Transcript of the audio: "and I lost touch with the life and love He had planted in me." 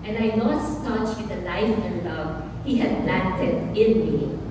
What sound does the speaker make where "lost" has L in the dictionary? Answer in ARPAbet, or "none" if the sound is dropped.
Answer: N